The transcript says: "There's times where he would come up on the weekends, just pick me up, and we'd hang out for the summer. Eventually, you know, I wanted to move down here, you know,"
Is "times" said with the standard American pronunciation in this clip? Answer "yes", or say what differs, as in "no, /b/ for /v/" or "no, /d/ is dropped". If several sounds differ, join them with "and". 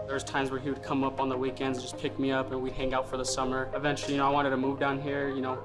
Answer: yes